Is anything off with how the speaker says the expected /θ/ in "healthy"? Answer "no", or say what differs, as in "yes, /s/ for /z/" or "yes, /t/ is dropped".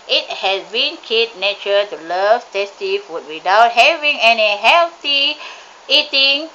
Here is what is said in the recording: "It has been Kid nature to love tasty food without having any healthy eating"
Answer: yes, /t/ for /θ/